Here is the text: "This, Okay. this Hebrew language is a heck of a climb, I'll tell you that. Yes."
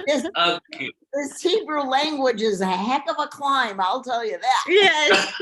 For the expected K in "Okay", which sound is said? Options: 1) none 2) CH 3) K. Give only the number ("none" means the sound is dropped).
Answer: 1